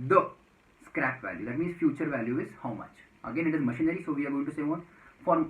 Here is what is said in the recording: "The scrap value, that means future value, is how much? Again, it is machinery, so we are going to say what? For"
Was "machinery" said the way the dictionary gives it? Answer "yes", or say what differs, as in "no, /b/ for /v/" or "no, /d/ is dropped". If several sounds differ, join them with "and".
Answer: yes